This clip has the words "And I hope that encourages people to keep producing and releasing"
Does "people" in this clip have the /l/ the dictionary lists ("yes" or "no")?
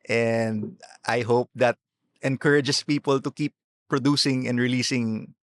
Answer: yes